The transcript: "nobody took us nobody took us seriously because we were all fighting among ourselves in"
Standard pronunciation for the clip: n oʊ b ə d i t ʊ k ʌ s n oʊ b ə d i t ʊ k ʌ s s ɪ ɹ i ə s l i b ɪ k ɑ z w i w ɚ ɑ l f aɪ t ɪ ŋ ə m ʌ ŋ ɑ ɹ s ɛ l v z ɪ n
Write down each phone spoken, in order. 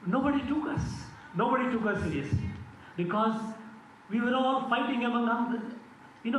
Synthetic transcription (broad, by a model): n oʊ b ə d i t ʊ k ʌ s n oʊ b ə d i t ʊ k ʌ s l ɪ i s i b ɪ k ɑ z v i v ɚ ɑ l f aɪ t ɪ ŋ ə m ʌ ŋ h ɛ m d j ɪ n